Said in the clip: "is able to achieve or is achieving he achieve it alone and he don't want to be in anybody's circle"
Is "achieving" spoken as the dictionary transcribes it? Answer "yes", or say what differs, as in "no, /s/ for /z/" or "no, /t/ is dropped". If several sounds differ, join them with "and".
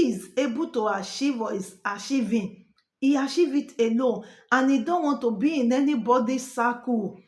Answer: no, /ʃ/ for /tʃ/